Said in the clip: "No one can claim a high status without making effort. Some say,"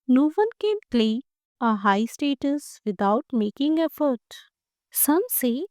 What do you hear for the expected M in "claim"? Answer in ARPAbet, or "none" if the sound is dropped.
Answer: none